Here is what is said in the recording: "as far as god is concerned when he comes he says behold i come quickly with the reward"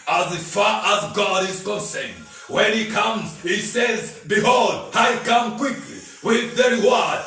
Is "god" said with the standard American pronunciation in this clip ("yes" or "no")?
yes